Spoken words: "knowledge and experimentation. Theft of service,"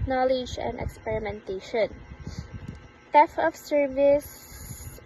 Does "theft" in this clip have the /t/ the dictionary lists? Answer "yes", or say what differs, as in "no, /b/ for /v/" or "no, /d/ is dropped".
no, /t/ is dropped